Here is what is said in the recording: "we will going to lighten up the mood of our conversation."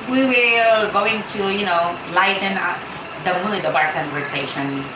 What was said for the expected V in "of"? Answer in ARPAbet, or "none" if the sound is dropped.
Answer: B